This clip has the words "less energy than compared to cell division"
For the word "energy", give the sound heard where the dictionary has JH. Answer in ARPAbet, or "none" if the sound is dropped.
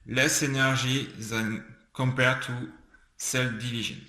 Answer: ZH